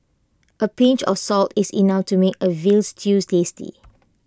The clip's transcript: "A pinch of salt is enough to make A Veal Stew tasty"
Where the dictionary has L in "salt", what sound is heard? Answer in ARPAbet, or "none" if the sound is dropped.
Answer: L